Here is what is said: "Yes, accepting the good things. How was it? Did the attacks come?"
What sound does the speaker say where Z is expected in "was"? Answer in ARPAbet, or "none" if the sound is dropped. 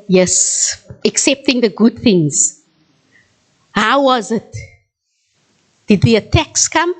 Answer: Z